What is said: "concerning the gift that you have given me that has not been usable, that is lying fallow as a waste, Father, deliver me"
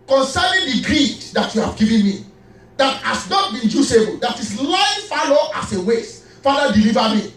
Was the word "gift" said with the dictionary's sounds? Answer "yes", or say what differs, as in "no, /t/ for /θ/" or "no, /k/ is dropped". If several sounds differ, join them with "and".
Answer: no, /f/ is dropped